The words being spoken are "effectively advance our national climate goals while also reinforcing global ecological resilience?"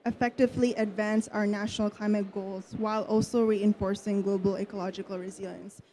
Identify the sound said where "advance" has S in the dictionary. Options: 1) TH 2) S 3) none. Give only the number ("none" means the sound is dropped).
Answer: 2